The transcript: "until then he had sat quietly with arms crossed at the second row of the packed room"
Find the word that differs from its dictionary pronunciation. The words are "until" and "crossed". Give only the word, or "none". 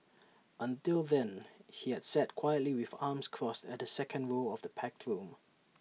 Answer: none